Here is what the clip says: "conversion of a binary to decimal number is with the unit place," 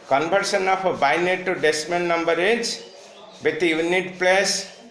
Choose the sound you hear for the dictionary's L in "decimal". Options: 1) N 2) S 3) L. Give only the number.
1